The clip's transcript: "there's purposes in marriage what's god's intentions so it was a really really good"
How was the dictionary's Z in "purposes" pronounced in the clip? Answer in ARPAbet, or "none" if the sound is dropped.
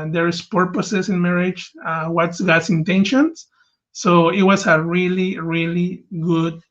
S